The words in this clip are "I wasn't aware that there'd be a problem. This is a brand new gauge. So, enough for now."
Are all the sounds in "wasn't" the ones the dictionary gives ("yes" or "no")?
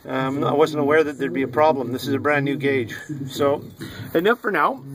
yes